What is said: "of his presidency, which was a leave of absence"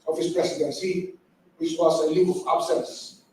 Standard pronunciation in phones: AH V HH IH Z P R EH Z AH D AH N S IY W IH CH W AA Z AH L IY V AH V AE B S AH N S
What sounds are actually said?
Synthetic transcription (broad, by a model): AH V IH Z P R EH S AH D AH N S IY W IH CH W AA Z AH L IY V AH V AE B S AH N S